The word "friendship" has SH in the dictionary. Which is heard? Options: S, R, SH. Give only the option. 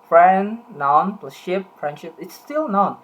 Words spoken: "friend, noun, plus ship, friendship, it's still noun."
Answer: SH